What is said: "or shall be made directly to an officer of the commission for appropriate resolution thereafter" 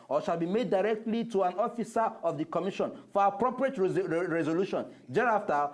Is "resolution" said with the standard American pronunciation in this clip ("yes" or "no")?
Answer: yes